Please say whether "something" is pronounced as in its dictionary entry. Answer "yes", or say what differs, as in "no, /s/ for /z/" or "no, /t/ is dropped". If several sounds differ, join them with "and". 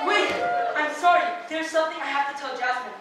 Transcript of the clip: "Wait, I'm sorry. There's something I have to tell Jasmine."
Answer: yes